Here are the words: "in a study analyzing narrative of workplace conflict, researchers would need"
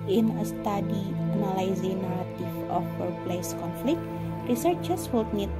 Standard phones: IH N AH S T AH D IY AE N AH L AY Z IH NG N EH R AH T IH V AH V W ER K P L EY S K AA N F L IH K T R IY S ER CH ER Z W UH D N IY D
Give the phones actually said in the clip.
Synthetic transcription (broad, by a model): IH N AH S T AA D IY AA N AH L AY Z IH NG N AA R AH T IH F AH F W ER P L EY S K AA N F L IH K T R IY S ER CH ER S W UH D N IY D